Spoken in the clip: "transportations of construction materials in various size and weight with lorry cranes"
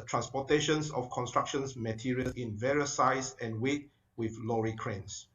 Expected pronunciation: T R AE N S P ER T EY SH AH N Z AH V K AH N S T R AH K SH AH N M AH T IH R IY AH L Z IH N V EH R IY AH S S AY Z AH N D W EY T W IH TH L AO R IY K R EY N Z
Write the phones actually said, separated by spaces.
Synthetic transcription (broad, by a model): T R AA N S P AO T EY SH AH N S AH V K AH N S T R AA K SH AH N M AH T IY R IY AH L IH N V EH R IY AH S S AY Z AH N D W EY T W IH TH L AO R IY K R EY N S